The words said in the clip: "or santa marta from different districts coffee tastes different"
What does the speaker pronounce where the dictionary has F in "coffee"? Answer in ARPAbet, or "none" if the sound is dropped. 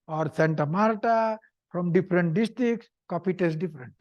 P